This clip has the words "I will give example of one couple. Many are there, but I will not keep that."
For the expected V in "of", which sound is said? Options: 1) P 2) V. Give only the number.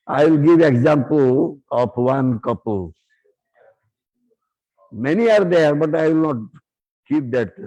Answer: 1